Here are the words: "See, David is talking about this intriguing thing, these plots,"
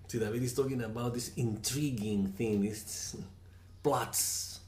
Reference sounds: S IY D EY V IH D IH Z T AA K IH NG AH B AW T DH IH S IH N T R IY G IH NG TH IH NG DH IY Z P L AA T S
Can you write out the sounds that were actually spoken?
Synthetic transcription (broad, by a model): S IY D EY IH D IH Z T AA K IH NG AH B AW T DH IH S IH N T R IY G IH NG TH IH NG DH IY S P L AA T S